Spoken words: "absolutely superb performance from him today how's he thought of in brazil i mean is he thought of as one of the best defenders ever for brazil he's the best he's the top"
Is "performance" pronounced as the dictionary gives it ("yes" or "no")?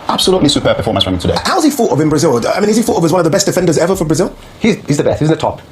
no